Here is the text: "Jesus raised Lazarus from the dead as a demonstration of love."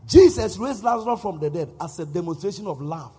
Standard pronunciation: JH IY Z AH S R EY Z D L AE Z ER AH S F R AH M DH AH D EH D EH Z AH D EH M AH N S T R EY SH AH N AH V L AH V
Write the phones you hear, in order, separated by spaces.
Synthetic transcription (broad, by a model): JH IY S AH S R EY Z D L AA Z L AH F R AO M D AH D EH D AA S AH D EH M AH N S T R EY SH AH N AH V L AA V